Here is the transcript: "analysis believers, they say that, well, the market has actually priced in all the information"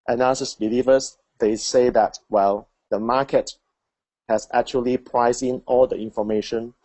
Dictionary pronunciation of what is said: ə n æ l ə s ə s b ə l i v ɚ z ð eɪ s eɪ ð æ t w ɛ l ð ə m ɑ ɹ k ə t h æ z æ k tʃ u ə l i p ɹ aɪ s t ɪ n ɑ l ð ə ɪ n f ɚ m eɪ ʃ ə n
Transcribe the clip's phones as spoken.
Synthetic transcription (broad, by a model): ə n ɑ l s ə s b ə l i v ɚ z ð eɪ s eɪ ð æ t w ɛ l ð ə m ɑ k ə t h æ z æ k tʃ u ə l i p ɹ aɪ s ɪ n ɑ l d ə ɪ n f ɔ m eɪ ʃ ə n